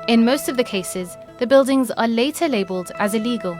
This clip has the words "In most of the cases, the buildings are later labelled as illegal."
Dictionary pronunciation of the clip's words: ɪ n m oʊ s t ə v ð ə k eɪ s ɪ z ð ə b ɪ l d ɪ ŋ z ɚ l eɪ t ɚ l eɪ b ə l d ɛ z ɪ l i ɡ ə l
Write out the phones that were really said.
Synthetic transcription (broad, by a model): ɪ n m oʊ s t ə v ð ə k eɪ s ɪ z ð ə b ɪ l d ɪ ŋ z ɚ l eɪ t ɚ l eɪ b ə l d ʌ z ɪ l i ɡ ə l